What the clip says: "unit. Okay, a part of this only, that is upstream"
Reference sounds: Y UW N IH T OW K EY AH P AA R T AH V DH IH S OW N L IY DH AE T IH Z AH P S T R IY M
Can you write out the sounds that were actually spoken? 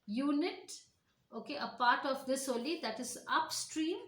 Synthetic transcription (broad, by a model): Y UW N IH T OW K EY AH P AA R T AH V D IH S OW L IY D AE T IH Z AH P S T R IY M